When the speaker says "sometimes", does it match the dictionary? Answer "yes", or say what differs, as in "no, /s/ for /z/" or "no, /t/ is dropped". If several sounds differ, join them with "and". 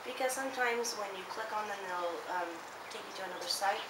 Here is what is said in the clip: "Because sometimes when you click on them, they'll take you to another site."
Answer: yes